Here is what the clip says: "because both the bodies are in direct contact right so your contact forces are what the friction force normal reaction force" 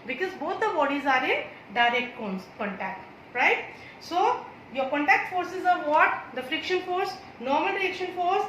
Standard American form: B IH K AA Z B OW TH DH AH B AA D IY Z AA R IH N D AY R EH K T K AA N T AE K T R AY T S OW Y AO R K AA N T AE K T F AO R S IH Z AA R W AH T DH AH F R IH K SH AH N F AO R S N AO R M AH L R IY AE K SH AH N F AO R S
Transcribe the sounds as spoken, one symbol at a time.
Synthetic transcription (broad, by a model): B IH K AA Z B OW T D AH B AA D IY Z AA R IH N D AY R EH K T K AA N T AE K T R AY T S OW Y AO R K AA N T AE K T F AO R S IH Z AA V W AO T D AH F R IH K SH AH N F AO R S N AO R M AH L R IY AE K SH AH N F AO R S